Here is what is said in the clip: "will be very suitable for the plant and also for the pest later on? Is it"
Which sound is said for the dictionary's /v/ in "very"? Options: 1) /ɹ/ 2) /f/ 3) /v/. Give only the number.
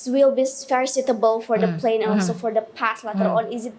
2